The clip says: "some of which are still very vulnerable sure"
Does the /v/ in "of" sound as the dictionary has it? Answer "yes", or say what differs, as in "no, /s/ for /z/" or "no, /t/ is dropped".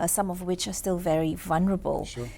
yes